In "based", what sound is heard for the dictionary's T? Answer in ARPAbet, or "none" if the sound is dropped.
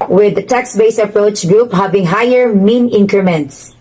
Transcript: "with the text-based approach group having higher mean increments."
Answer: none